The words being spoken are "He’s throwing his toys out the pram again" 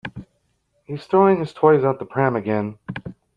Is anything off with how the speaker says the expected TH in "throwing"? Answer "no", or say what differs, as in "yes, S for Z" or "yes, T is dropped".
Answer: yes, T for TH